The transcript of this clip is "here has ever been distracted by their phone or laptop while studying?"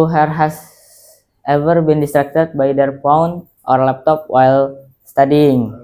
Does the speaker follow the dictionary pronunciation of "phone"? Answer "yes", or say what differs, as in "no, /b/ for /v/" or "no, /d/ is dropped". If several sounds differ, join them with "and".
no, /p/ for /f/